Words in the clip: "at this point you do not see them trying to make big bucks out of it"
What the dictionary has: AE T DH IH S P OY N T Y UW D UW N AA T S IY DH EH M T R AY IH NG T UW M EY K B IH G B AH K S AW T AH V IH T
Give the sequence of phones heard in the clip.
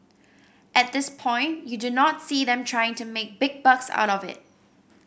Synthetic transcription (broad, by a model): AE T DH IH S P OY N T Y UW D UW N AA T S IY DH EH M T R AY IH NG T UW M EY K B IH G B AH K S AW T AH V IH T